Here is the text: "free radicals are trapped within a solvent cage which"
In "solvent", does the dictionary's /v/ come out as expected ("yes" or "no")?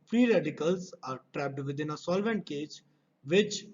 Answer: yes